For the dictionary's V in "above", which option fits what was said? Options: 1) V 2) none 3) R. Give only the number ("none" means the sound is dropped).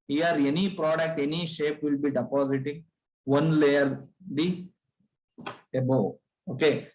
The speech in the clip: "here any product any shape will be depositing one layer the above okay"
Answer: 2